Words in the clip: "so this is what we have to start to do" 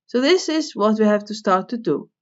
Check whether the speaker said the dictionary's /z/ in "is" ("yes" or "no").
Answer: yes